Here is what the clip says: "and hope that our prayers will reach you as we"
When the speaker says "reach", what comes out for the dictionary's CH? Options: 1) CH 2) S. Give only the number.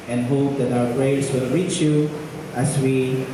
1